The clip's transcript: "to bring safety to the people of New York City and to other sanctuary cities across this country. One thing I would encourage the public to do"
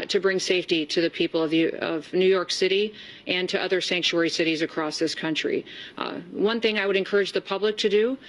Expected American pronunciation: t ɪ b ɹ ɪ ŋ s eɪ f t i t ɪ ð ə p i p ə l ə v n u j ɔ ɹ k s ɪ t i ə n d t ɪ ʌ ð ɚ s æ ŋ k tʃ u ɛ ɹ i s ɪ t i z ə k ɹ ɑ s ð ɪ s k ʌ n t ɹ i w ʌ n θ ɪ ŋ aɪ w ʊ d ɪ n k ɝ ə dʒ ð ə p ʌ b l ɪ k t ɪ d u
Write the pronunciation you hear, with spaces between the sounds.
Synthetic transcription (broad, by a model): t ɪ b ɹ ɪ ŋ s eɪ f t i t ɪ ð ə p i p ə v ə v n u j ɔ ɹ k s ɪ t i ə n t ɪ ʌ ð ɚ s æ ŋ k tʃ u ɛ ɹ i s ɪ t i z ə k ɹ ɑ s ð ɪ s k ʌ n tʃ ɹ i w ʌ n θ ɪ ŋ aɪ w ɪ d ɪ n k ɝ ə dʒ ð ə p ʌ b l ɪ k t ɪ d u